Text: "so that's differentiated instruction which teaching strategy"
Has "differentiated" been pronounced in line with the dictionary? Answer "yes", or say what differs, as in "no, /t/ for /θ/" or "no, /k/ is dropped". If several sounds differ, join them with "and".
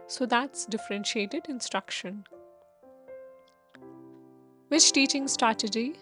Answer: yes